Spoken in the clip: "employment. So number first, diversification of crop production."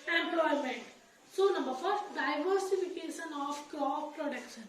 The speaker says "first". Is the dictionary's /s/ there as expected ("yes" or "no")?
no